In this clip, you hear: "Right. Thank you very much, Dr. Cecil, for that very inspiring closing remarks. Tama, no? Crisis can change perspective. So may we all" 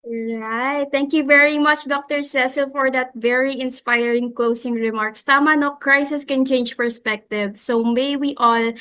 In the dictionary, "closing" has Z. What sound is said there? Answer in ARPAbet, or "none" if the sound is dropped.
S